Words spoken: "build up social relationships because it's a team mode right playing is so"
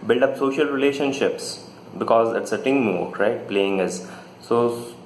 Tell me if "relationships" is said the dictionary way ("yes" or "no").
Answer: yes